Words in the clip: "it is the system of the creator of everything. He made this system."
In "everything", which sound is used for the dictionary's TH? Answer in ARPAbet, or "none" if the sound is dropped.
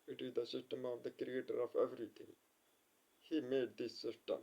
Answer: T